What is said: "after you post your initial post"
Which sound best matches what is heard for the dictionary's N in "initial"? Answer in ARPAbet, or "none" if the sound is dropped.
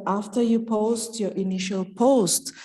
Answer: N